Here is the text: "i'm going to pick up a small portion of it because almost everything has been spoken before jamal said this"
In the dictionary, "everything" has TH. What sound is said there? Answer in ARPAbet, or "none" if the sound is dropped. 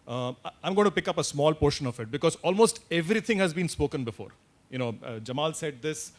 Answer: T